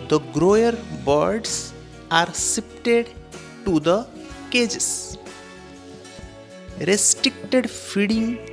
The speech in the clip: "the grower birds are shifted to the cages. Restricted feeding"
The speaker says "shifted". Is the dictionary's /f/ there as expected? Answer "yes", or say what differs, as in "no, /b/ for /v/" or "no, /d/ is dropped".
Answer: no, /p/ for /f/